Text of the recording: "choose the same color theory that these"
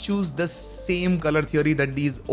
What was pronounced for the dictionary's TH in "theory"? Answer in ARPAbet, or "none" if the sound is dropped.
T